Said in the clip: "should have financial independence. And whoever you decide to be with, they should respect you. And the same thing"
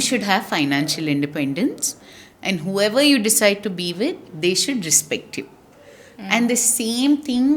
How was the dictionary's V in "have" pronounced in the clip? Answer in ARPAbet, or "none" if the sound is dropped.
V